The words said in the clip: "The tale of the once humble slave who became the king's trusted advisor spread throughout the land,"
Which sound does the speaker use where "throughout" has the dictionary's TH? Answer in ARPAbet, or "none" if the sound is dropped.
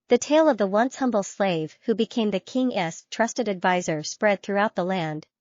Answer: TH